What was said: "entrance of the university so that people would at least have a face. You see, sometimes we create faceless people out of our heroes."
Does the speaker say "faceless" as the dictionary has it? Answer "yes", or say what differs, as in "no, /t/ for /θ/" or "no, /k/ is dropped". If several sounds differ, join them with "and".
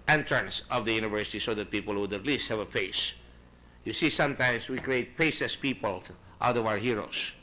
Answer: no, /l/ is dropped